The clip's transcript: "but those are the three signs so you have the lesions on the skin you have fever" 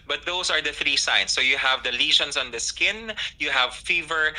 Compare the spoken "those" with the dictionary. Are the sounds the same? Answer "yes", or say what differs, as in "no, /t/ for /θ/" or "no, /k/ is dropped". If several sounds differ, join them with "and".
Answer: no, /s/ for /z/